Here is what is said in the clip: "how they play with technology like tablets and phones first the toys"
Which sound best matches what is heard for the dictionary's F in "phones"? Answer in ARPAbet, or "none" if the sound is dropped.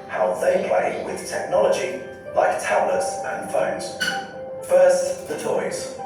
F